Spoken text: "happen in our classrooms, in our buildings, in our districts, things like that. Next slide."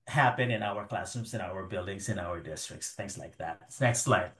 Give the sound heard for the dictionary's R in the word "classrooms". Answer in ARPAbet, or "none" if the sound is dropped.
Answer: none